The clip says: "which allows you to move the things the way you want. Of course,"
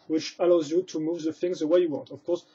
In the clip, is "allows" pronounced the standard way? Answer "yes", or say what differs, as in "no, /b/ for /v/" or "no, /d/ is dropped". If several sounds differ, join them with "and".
yes